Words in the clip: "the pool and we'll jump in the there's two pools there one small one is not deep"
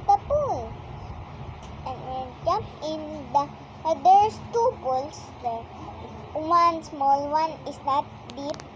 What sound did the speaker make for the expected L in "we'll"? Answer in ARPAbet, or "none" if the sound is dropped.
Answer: N